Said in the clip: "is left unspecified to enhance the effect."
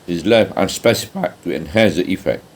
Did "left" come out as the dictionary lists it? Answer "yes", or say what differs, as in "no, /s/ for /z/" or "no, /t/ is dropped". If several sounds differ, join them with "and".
no, /t/ is dropped